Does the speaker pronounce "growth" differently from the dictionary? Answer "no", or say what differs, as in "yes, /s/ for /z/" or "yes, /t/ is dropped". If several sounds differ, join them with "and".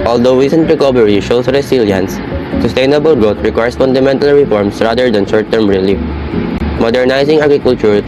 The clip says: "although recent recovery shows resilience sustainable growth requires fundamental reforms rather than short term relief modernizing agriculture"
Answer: yes, /t/ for /θ/